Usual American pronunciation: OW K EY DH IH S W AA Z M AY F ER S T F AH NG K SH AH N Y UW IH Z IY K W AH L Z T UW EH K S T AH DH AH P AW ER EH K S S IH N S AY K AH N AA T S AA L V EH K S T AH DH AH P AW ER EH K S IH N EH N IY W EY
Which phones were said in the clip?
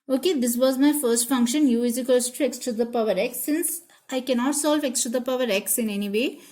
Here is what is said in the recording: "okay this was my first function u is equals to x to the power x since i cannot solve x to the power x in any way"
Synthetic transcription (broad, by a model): OW K EY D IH S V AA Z M AY F ER S T F AH NG K SH AH N Y UW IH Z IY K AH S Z T UW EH K S T AH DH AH P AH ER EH K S S IH N S AY K AH N AA T S AA L V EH K S T AH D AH P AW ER EH K S IH N EH N IY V EY